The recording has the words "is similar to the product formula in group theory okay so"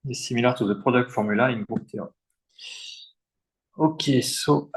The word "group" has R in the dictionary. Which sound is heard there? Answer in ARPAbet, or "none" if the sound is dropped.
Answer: none